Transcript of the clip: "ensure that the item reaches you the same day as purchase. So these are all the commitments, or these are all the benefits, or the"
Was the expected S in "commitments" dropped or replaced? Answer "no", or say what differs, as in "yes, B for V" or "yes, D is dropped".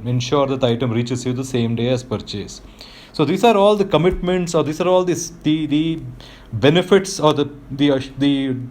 no